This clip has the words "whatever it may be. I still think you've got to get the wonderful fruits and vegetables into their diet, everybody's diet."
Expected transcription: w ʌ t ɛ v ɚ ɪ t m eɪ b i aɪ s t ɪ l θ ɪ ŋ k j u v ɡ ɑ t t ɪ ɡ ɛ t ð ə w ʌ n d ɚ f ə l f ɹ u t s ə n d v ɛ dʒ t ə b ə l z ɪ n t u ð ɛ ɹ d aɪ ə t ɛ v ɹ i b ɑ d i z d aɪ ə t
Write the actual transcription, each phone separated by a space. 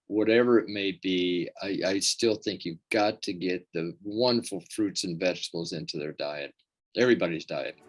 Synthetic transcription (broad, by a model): w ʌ t ɛ v ɚ ɪ t m eɪ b i aɪ s t ɪ l θ ɪ ŋ k j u v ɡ ɑ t t ɪ ɡ ɛ t ð ə w ʌ n d ɚ f l f ɹ u t s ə n v ɛ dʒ t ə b l z ɪ n t u ð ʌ ɹ d aɪ ə t ɛ v ɹ i b ɑ d i z d aɪ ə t